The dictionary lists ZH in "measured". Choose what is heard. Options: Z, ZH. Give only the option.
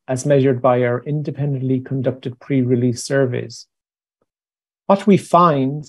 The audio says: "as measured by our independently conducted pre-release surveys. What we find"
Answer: ZH